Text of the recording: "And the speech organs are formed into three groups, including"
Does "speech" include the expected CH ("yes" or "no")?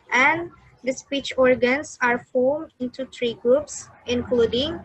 yes